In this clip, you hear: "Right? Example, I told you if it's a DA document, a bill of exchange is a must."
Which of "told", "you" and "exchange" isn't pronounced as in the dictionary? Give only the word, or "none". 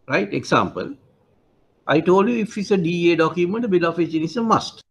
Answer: exchange